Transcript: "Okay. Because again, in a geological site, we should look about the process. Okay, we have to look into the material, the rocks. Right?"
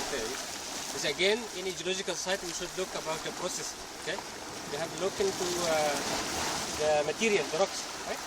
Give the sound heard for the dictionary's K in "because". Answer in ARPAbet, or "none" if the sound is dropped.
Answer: none